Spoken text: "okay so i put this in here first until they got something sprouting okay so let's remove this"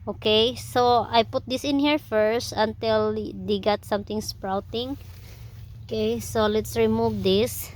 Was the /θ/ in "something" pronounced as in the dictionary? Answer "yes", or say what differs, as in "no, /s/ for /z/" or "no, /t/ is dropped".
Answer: no, /t/ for /θ/